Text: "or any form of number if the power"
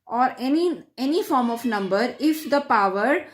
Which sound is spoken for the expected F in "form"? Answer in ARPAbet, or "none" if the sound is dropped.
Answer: F